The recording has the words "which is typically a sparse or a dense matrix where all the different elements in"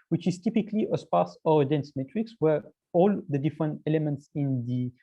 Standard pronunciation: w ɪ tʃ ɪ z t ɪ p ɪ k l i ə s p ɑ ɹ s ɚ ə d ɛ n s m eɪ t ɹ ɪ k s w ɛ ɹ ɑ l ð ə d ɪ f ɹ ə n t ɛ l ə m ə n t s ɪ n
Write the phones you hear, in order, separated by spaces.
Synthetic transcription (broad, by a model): w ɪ tʃ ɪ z t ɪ p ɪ k l i ə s p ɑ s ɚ ə d ɛ n s m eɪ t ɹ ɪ k s w ɛ ɹ ɑ l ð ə d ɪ f ɹ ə n t ɛ l ə m ə n t s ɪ n